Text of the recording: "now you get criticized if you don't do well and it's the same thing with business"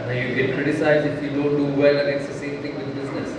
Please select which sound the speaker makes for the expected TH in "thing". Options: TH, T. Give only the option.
T